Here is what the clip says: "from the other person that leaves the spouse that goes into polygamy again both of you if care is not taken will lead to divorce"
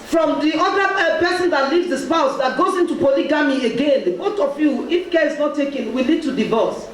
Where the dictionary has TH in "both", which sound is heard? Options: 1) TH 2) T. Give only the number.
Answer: 2